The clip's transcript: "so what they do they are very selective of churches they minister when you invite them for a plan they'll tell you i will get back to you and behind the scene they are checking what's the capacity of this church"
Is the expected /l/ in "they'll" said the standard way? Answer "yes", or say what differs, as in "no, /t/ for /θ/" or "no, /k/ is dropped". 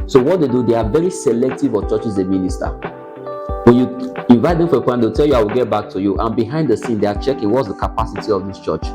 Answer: no, /w/ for /l/